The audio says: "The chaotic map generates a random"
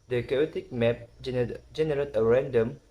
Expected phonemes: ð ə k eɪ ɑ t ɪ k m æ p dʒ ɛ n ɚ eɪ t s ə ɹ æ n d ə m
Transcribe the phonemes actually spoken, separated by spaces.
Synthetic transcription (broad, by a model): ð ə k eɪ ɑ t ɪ k m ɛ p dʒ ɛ n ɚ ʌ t ə ɹ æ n d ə m